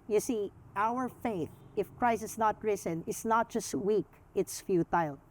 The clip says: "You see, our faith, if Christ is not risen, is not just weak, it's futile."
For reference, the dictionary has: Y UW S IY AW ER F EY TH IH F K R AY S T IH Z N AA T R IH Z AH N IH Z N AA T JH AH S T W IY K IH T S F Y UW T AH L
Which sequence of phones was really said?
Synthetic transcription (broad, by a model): Y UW S IY AW ER F EY TH IH F K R AY S IH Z N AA T R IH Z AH N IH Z N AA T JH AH S T W IY K IH T S F Y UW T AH L